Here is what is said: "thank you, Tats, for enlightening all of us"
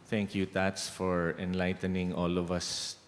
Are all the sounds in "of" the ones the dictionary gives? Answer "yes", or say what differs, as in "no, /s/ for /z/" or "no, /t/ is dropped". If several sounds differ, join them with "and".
yes